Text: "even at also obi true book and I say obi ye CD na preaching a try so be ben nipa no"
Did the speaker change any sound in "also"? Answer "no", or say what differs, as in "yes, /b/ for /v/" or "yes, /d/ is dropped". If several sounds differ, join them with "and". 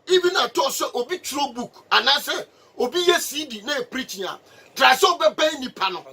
yes, /l/ is dropped